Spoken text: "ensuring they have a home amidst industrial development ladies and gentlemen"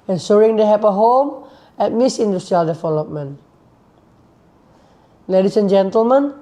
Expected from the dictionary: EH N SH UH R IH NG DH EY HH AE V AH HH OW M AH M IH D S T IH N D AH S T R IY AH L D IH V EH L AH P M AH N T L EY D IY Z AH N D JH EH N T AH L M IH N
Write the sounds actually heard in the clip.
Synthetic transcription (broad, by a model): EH N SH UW R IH NG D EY HH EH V AH HH OW M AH M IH S IH N D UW S T R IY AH L D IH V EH L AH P M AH N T L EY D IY S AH N JH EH N T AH L M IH N